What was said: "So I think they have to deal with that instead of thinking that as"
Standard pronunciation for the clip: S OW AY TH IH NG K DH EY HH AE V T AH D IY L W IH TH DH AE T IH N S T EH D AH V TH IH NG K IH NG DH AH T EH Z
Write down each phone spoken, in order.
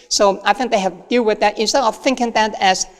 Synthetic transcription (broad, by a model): S OW AY TH IH NG K DH EY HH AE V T D IY L W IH DH AE T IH N S T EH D AH V TH IH NG K IH NG DH AH T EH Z